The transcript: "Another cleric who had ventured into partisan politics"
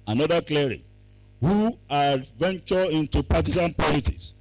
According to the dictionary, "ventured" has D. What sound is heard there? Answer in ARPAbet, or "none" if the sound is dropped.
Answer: none